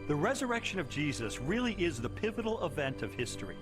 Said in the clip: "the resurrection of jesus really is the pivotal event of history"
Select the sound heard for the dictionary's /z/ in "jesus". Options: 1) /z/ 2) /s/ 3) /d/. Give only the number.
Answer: 1